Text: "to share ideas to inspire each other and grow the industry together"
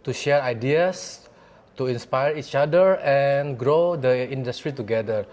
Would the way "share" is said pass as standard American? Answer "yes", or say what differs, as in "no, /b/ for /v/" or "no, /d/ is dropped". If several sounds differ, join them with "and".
yes